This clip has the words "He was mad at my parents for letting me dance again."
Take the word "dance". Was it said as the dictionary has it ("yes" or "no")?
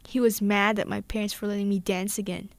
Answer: yes